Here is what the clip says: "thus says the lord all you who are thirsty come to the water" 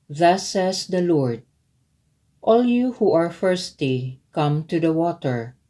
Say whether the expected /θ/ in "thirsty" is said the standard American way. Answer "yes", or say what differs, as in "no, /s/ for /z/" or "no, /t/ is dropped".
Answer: no, /f/ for /θ/